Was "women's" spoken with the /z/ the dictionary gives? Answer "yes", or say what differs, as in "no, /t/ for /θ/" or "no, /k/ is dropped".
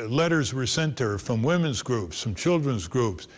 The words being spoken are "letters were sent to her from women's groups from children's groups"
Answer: yes